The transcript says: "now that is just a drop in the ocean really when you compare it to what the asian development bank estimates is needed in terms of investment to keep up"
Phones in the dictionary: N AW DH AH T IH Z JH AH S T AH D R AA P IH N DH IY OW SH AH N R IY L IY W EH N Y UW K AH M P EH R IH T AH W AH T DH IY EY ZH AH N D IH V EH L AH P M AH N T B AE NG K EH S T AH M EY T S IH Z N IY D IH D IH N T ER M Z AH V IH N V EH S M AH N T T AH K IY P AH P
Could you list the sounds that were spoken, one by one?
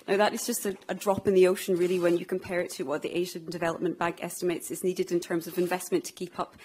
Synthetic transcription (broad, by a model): N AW DH AH T IH Z JH AH S T AH D R AA P IH N DH IY OW SH AH N R IY L IY W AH N Y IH K AH M P EH R IH T AH W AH T DH IY EY ZH AH N D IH V EH L AH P M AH N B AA NG K EH S T AH M EY T S IH Z N IY D IH D IH N T ER M Z AH V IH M V EH S M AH N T T AH K IY P AH P